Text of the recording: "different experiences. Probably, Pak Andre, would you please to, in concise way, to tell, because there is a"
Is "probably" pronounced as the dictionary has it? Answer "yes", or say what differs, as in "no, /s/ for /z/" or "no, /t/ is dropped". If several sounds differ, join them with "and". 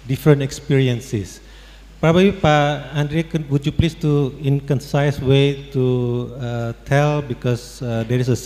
no, /l/ is dropped